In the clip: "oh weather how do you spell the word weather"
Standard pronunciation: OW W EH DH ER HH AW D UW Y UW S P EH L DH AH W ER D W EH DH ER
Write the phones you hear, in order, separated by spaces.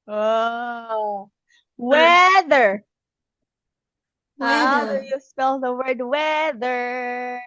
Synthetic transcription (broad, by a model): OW W EH DH ER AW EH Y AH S EH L DH AH W ER D W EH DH ER